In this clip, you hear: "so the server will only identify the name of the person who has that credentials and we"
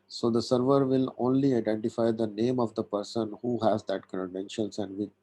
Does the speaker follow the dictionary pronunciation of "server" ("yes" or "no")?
yes